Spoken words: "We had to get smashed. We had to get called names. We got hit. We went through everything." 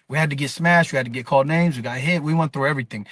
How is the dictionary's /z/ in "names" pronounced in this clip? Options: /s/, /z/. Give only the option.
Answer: /z/